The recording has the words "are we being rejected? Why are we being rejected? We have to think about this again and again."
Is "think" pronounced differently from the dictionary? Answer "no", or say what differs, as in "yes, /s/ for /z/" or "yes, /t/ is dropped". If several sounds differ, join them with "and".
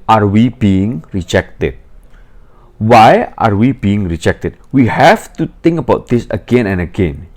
yes, /t/ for /θ/